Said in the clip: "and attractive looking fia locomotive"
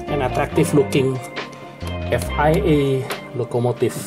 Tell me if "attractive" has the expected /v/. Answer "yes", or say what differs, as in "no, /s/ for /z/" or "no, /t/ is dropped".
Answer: no, /f/ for /v/